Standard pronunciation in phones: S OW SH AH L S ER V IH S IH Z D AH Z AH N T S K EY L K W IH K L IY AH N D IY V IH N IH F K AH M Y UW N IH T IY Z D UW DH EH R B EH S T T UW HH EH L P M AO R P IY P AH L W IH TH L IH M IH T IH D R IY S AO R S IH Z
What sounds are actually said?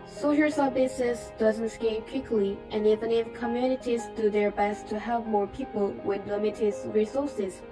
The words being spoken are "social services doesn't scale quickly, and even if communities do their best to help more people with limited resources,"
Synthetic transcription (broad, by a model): S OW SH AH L S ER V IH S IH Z D AH Z AH N T S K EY N K W IH K L IY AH N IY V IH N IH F K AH M Y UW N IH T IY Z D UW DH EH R B EH S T T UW HH EH L P M AO R P IY P AH L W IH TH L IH M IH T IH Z R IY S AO R S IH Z